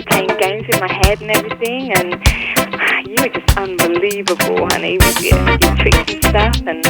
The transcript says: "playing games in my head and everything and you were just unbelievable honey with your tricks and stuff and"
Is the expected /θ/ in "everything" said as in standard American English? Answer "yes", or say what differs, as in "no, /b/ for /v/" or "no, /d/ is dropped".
yes